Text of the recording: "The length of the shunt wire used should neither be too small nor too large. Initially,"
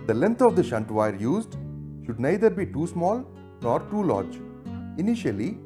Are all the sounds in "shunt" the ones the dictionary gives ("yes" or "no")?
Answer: yes